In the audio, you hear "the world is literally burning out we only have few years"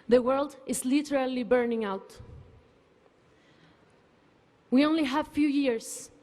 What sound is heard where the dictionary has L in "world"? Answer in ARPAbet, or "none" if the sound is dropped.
L